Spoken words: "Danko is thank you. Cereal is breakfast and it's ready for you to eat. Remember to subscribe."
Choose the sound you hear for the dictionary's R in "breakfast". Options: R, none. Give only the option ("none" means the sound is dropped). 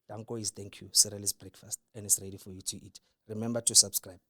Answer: R